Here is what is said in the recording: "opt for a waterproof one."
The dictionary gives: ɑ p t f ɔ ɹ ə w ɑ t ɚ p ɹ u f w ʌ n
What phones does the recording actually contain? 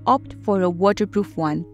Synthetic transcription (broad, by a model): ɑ p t f ɔ ɹ ə w ɑ t ɚ p ɹ u f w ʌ n